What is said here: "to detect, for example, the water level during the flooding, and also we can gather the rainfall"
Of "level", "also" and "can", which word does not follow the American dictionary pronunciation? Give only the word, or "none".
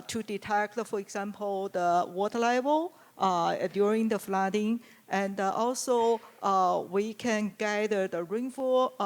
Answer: level